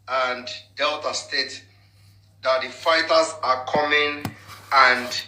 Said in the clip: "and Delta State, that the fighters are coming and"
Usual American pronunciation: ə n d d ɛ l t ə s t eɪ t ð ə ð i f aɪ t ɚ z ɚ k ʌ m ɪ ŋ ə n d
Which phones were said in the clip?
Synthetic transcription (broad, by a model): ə n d d ɛ l t ə s t eɪ t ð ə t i f aɪ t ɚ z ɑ k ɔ m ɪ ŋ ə n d